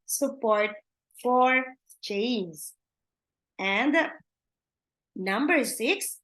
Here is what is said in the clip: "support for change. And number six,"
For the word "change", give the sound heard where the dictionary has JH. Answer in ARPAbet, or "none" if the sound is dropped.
Z